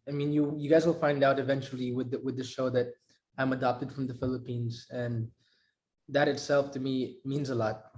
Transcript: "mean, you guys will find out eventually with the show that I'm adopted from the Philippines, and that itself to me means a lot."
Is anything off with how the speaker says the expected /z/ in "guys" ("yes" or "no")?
no